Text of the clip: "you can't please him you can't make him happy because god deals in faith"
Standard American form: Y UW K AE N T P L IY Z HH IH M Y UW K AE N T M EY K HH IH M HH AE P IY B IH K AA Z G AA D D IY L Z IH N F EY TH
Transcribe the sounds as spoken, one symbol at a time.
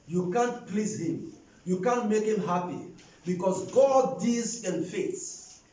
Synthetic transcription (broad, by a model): Y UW K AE N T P L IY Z HH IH M Y UW K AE N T M EY K HH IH M HH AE P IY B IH K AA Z G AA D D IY Z IH N F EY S